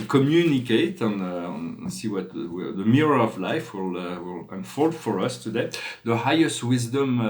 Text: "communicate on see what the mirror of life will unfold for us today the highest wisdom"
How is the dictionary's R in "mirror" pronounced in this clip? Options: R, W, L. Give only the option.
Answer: R